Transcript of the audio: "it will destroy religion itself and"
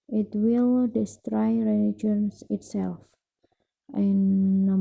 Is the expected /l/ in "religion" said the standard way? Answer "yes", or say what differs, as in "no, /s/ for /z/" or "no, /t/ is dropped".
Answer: no, /n/ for /l/